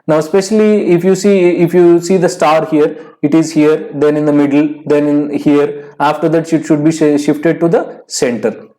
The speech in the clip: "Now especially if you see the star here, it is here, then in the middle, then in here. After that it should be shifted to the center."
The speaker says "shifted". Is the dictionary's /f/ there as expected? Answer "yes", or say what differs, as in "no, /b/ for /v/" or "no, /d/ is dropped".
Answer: yes